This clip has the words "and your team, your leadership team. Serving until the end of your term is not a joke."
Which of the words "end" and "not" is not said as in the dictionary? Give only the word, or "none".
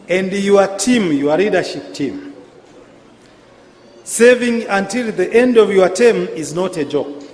none